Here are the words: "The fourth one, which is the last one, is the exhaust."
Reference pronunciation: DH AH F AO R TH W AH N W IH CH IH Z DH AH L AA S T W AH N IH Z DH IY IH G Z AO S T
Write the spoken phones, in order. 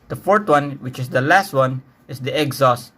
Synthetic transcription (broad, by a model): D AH F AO R T W AH N W IH CH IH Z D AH L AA S T W AH N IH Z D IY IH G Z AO S